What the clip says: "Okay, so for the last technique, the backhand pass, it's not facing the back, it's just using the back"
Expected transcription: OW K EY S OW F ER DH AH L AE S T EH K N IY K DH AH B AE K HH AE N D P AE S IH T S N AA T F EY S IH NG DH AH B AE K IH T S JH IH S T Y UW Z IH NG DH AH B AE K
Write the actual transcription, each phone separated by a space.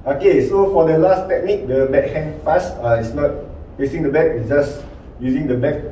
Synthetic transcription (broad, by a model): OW K EY S OW F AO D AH L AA S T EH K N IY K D AH B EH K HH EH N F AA S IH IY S N AA T P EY S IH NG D AH B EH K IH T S JH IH S Y UW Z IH NG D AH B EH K